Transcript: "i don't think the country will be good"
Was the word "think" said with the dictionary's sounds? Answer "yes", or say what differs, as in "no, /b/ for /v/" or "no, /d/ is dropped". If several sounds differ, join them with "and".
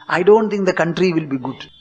no, /t/ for /θ/